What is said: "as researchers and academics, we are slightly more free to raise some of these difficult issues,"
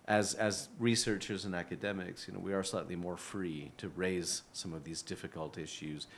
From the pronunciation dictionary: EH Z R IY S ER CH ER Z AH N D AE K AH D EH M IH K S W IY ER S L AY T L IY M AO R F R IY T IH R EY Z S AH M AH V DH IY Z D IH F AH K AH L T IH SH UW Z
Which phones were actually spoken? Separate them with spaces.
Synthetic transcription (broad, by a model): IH Z R IY S ER CH ER Z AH N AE K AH D EH M IH K S W IY ER S L AY T L IY M AO R F R IY T IH R EY Z S AH M AH V DH IY Z D IH F AH K AH L T IH SH UW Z